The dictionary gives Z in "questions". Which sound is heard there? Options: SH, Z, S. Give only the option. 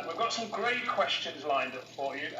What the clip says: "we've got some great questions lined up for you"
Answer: Z